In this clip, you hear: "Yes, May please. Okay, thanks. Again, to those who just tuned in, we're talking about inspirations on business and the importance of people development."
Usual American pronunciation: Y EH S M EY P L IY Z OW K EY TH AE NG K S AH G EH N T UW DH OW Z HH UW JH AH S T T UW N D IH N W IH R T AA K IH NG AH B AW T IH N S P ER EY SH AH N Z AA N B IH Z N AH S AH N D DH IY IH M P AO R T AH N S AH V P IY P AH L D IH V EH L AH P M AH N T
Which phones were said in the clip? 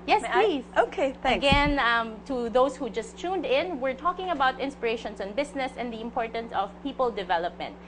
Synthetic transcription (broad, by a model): Y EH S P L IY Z OW K EY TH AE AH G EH N T UW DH OW S HH UW JH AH S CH UW N D IH N W IH R T AA K IH NG AH B AW T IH N S P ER EY SH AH N S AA N B IH S N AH S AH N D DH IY IH M P AO R T AH N S AH V P IY P AH L D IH V EH L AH P M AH N T